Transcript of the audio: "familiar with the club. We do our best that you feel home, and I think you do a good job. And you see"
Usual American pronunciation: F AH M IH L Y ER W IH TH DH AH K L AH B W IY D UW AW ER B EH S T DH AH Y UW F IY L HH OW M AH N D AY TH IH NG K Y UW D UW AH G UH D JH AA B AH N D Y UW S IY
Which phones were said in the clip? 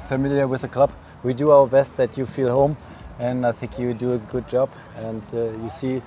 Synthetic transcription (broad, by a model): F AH M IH L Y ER W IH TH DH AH K L AH B W IY D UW AW ER B EH S T DH AH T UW F IY L HH OW M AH N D AY TH IH NG K Y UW D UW AH G UH D JH AA B AH N D Y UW S IY